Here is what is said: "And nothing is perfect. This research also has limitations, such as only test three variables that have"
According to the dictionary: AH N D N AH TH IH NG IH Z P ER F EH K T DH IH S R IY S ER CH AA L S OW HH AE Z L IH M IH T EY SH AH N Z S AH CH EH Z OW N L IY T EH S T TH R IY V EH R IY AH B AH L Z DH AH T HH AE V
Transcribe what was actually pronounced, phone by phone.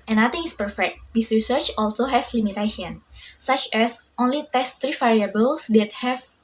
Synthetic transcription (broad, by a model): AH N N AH T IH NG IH S P ER F EH K T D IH S R IY S ER CH AA L S OW HH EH S L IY M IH T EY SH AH N S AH CH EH S OW N L IY T EH S T R IY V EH R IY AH B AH L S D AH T HH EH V